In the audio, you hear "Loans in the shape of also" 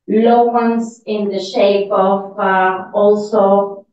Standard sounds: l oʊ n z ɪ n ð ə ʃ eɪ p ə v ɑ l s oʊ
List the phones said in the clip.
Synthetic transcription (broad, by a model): l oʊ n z ɪ n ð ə ʃ eɪ p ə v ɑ l s oʊ